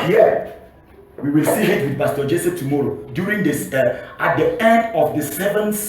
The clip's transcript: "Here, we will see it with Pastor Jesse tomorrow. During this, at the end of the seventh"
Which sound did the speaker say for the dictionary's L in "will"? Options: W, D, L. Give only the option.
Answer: L